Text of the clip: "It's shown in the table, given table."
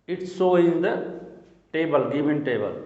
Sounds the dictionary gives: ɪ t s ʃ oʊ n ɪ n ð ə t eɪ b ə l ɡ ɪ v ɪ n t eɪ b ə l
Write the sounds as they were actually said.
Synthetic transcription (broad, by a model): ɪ t s oʊ ɪ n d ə t eɪ b ə l ɡ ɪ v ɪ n t eɪ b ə l